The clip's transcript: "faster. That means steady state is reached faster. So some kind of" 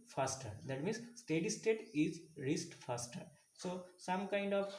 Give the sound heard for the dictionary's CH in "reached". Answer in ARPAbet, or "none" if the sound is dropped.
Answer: S